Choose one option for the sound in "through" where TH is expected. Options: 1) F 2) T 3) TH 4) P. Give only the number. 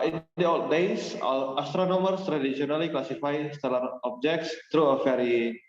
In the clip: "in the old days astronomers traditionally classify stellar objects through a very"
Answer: 2